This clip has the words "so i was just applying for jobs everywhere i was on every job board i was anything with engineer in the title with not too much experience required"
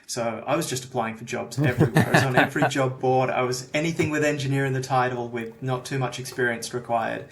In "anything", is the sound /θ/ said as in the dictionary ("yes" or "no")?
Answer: yes